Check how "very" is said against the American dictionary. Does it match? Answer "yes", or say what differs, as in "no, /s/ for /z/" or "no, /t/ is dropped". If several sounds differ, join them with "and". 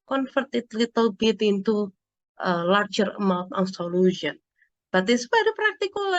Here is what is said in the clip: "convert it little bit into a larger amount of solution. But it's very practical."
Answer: no, /p/ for /v/